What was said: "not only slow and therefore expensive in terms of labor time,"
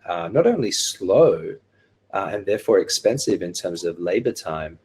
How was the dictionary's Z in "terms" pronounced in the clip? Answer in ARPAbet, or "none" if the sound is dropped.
Z